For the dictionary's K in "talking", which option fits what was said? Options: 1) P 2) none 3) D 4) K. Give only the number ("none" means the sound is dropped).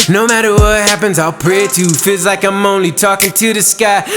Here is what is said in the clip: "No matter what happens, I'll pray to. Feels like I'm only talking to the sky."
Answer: 4